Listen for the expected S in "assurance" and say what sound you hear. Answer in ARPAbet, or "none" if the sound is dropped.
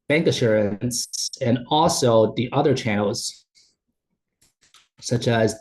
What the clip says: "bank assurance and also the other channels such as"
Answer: S